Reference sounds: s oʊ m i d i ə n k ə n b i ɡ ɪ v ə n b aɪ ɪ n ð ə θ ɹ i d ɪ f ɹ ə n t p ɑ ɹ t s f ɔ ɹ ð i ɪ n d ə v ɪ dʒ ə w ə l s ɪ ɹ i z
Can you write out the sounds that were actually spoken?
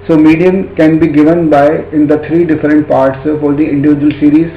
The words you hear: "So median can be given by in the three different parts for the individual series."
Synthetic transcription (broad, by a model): s oʊ m i d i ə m k ə n b i ɡ ɪ v ə n b aɪ ɪ n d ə t ɹ i d ɪ f ɹ ə n t p ɑ ɹ t s f ɔ ɹ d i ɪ n d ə v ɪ dʒ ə ə l s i ɹ i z